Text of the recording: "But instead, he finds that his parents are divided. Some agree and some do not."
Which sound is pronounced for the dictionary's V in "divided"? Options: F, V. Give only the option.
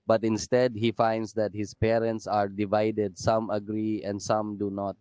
V